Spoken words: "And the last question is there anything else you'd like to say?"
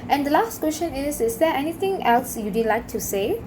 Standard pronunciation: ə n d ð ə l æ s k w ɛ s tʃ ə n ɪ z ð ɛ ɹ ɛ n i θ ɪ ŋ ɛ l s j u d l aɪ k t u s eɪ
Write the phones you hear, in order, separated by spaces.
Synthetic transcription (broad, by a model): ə n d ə l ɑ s k w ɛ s ʃ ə n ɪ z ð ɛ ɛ n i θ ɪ ŋ ɛ l s j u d l aɪ k t u s eɪ